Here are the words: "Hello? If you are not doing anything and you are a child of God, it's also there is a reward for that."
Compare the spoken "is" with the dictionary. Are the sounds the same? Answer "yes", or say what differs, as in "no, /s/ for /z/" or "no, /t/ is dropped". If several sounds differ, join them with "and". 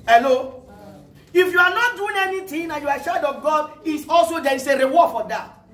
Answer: no, /s/ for /z/